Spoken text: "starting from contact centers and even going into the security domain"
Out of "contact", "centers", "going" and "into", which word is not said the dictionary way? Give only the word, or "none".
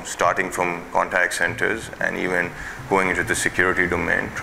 none